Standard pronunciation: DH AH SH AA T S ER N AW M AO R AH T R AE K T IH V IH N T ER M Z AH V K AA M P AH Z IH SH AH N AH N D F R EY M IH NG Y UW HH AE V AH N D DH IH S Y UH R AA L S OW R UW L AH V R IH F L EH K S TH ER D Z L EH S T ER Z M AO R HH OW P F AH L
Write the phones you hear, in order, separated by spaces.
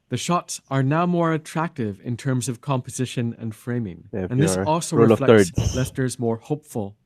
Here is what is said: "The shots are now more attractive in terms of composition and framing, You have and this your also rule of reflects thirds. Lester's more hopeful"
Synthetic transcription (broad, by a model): DH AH SH AA T S ER N AW M AO R AH T R AE K T IH V IH N T ER M Z AH V K AA M P AH Z IH SH AH N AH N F F R EY M IH NG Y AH N DH IH S AA L S OW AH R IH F L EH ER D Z L EH S T ER Z M AO R HH OW P F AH L